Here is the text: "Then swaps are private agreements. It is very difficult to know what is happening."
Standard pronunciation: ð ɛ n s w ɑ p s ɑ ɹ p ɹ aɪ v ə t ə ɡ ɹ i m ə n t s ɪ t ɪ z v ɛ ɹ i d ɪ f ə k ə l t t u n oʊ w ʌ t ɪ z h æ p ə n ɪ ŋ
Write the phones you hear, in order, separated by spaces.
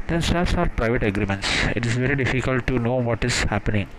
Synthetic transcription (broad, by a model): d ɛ n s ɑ s ɑ ɹ p ɹ aɪ v ə t ə ɡ ɹ i m ə n t s ɪ t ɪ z v ɛ ɹ i d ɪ f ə k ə l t t u n oʊ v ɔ t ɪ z h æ p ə n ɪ ŋ